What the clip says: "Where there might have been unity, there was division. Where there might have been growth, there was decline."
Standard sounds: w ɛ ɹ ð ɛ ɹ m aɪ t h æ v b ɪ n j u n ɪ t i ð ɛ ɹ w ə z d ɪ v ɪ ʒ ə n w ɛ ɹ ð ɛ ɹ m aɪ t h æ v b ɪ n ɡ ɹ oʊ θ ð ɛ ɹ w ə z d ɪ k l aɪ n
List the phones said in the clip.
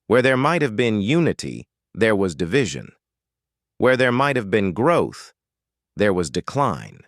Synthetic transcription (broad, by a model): w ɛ ɹ ð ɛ ɹ m aɪ t h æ v b ɪ n j u n ɪ t i ð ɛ ɹ w ə z d ɪ v ɪ ʒ ə n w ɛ ɹ ð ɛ ɹ m aɪ t h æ v b ɪ n ɡ ɹ oʊ θ ð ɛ ɹ w ə z d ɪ k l aɪ n